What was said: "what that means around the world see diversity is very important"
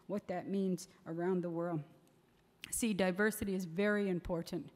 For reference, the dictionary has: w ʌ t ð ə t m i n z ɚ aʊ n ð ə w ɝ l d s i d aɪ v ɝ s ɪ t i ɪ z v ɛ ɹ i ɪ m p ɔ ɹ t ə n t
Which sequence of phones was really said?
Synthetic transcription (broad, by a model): w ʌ t ð ə t m i n z ɚ aʊ n ð ə w ɝ l d s i d aɪ v ɝ s ɪ t i ɪ z v ɛ ɹ i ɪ m p ɔ ɹ t n t